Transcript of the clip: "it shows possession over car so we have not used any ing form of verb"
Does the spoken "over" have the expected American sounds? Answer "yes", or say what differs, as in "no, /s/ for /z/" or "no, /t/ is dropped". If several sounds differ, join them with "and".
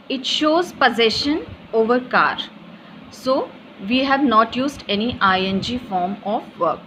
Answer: yes